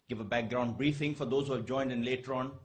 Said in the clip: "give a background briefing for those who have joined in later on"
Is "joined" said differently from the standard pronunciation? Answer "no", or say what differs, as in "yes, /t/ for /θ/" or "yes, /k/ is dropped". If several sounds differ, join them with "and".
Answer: no